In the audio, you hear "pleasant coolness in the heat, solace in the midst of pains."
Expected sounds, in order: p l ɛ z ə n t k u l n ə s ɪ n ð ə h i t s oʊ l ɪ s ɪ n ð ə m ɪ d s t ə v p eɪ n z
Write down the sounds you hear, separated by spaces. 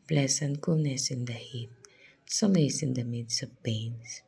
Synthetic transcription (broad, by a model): p l ɛ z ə n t k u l n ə s ɪ n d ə h i t s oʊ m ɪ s ɪ n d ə m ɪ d s ə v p eɪ n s